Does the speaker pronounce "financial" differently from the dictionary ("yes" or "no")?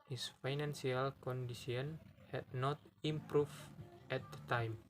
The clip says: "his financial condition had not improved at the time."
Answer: yes